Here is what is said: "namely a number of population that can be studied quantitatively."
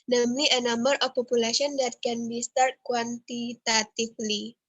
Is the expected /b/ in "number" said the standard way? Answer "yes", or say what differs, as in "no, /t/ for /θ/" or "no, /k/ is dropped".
no, /b/ is dropped